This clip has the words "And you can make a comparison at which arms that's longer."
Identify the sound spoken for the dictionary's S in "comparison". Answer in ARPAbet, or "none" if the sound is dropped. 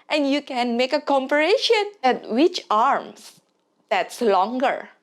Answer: SH